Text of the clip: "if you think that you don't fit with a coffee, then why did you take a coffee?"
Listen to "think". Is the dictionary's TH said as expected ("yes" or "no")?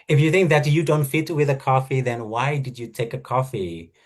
yes